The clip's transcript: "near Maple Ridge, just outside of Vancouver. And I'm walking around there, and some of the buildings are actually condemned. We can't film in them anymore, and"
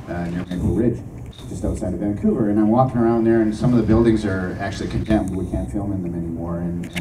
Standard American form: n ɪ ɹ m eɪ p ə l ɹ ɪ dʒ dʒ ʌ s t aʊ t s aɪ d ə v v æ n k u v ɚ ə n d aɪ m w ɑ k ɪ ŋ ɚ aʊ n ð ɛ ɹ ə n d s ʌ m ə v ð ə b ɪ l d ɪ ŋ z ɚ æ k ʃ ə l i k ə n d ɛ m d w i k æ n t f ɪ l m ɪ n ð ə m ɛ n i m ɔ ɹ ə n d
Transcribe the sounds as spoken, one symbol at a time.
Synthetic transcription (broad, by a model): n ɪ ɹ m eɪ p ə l ɹ ɪ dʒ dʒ ʌ s t aʊ t s aɪ d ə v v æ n k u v ɚ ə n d aɪ m w ɑ k ɪ ŋ ɚ aʊ n ð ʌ ɹ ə n s ʌ m ə v ð ə b ɪ l d ɪ ŋ z ɚ æ k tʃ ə l i k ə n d ɛ m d w i k æ n t f ɪ l m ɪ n ð ə m ɛ n i m ɔ ɹ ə n